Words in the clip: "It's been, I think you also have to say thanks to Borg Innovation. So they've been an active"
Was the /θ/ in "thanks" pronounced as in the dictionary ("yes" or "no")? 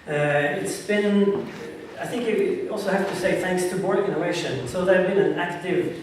yes